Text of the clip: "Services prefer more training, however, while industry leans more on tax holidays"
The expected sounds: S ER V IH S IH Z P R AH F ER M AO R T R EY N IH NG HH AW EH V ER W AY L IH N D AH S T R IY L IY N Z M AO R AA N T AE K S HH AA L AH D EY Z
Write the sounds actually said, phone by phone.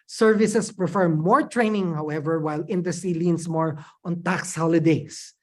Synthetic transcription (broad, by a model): S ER V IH S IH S P R AH F ER M AO R T R EY N IH NG HH AW EH V ER W AY L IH N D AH S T IY L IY N S M AO R AA N T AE K S HH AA L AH D EY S